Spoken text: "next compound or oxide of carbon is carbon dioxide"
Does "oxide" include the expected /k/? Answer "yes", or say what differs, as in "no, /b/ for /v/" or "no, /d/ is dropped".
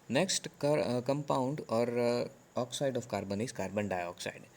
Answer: yes